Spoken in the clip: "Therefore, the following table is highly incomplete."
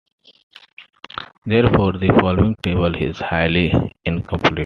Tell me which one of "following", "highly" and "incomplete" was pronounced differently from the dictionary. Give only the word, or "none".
incomplete